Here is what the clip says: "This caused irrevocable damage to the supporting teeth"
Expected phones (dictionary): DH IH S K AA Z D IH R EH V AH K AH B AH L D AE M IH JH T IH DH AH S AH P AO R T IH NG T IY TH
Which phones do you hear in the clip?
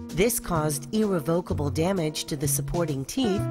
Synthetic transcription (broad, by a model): DH IH S K AA Z D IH R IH V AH K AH B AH L D AE M IH JH T IH DH AH S AH P AO R T IH NG T IY